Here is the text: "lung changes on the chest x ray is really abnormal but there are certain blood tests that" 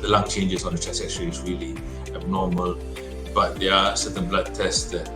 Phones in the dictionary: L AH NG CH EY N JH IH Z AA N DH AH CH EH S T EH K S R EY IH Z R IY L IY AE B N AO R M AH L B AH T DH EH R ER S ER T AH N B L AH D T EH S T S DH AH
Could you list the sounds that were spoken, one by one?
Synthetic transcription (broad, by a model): L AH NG CH EY N JH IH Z AA N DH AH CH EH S EH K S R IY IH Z R IY L IY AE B N AO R M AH L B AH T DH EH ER S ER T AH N B L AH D T EH S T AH